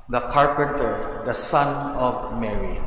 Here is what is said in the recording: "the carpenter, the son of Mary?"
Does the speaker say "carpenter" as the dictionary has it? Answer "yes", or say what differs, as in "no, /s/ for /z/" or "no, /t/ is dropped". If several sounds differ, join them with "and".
yes